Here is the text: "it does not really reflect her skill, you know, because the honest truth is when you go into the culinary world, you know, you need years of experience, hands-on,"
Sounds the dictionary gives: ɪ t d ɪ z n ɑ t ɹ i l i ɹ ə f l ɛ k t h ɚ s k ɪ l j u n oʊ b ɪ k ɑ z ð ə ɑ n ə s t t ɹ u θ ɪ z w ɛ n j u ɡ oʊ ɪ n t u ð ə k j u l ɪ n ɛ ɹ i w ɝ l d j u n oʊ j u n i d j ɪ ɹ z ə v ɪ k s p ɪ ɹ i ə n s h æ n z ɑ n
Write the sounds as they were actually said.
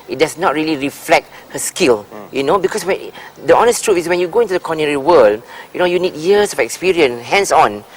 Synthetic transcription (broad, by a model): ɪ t d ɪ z n ɑ t ɹ i l i ɹ ə f l ɛ k t h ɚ s k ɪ l j u n oʊ b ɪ k ɑ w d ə ɑ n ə s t t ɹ u f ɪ s w ɛ n j u ɡ oʊ ɪ n t u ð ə k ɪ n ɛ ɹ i w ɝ l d j u n oʊ j u n i d j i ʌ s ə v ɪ k s p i ɹ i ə n s h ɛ n s ɑ n